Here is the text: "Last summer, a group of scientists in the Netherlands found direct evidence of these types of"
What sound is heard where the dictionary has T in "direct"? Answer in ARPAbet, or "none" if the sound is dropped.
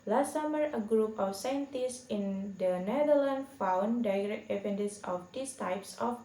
none